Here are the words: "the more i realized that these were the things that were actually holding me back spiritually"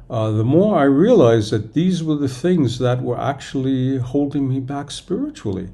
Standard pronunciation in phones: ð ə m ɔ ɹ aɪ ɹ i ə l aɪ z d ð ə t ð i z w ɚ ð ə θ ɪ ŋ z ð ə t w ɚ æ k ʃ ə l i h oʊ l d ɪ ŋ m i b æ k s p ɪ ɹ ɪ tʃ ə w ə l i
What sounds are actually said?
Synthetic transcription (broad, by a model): ð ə m ɔ ɹ aɪ ɹ i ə l aɪ z ð ə t ð i z w ɚ ð ə θ ɪ ŋ z ð ə t w ɚ æ k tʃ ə l i h oʊ l d ɪ ŋ m i b æ k s p ɪ ɹ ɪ tʃ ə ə l i